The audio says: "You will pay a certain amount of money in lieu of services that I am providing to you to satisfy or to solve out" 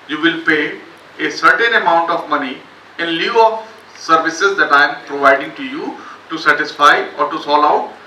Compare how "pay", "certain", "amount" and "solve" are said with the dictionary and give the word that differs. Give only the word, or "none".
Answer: solve